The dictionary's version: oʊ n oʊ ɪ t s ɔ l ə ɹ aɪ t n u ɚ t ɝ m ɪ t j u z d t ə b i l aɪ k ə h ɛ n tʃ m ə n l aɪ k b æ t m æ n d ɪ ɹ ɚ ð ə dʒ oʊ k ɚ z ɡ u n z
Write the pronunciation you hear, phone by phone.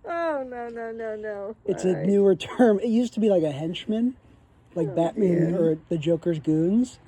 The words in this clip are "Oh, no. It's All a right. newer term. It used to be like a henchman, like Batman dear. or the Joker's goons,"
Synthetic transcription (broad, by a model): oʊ n oʊ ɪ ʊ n ɔ n ə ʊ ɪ t n u ɚ t ɝ m ɪ t j u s t ə b i l aɪ k ə h ɛ n tʃ m ə n l aɪ k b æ t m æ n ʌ ɹ ð ə dʒ oʊ k ɚ z ɡ u n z